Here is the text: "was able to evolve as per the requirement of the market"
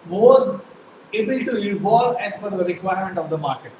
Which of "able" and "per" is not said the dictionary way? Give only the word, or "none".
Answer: per